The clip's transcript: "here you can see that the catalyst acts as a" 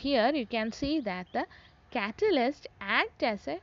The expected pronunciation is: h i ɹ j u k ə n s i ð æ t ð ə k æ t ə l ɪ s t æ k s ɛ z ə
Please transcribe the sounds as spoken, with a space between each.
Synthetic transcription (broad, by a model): h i ɹ j u k ə n s i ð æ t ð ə k æ t ə l ɪ s t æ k ɛ s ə